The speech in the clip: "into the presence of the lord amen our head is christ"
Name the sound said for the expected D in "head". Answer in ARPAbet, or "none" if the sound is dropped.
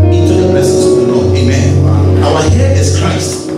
none